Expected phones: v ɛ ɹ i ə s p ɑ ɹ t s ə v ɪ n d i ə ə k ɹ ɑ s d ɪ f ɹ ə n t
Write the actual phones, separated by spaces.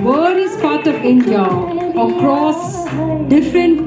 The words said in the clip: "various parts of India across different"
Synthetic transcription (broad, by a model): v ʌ ɹ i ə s p ɑ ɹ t ə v ɪ n d i ə ə k ɹ ɑ s d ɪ f ɹ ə n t